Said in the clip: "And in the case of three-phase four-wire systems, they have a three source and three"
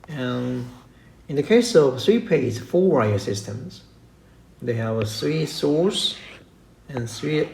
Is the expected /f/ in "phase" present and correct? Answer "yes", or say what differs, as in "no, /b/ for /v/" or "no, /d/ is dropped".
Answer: no, /p/ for /f/